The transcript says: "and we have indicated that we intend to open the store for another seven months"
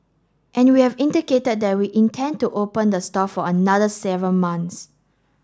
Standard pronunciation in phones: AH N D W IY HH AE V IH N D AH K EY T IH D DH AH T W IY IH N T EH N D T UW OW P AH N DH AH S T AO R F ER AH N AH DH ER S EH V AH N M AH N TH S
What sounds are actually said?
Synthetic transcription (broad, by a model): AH N W IY HH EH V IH N D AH K EY T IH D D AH T W IY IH N T EH N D T UW OW P AH N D AH S T AO F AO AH N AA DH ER S EH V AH L M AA N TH S